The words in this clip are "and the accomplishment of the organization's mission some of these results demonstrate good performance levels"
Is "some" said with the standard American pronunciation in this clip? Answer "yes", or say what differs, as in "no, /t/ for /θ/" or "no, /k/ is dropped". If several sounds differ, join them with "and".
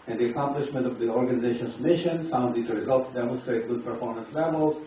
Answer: no, /m/ is dropped